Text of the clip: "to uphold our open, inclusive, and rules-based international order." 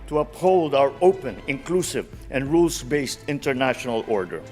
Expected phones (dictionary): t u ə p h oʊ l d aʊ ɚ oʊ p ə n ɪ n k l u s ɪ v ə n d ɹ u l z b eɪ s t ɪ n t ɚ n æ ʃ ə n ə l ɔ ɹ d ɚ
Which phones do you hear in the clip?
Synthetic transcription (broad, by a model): t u ə p h oʊ l d aʊ ɚ oʊ p ə n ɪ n k l u s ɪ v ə n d ɹ u l s b eɪ s t ɪ n t ɚ n æ ʃ ə n ə l ɔ ɹ d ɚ